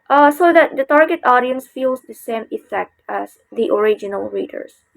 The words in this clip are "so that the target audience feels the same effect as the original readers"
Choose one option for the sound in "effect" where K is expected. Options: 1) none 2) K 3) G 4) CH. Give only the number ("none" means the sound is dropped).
2